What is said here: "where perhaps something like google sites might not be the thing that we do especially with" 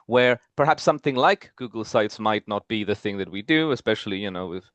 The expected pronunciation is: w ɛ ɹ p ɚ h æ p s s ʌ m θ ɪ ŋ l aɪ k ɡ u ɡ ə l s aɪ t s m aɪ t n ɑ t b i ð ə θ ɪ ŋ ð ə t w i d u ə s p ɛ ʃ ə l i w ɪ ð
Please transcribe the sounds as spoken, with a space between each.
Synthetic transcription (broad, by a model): w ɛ ɹ p ɚ h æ p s s ʌ m θ ɪ ŋ l aɪ k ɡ u ɡ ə l s aɪ t s m aɪ t n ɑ t b i ð ə θ ɪ ŋ ð ə t w i d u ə s p ɛ ʃ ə n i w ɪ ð